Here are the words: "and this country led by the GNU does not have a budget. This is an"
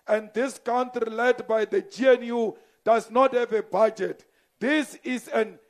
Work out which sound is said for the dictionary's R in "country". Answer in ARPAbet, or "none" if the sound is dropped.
none